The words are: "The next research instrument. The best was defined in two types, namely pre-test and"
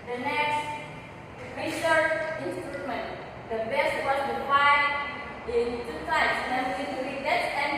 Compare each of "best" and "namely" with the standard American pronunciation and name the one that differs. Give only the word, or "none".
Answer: namely